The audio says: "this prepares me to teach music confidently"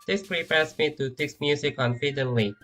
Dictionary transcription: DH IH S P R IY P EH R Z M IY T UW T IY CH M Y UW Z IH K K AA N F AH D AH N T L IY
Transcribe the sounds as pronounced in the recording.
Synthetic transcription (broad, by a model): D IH S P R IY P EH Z M IY T UW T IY S M Y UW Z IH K K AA N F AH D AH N L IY